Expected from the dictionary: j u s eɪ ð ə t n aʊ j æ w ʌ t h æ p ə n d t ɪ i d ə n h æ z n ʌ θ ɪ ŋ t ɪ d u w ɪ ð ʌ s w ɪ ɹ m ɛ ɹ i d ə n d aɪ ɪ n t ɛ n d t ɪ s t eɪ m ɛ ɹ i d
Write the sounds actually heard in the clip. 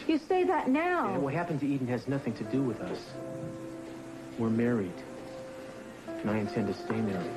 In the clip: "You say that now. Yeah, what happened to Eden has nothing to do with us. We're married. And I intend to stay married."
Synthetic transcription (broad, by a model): j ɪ s eɪ ð ə t n aʊ w ʌ t h æ p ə n t ɪ i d n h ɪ z n ʌ θ ɪ ŋ t ɪ d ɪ w ɪ ð ʌ s w ɪ ɹ m ɛ ɹ i d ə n aɪ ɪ n t ɛ n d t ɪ s t eɪ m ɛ ɹ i